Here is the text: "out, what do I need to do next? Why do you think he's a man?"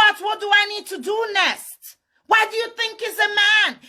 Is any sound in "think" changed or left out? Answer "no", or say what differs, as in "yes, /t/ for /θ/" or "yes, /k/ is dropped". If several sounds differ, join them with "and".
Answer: no